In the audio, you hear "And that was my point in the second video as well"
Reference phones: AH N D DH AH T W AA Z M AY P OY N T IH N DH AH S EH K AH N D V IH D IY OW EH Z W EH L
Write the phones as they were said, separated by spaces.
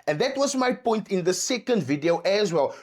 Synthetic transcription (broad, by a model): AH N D DH AH T W AA Z M AY P OY N T IH N DH AH S EH K AH N D V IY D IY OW EH Z W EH L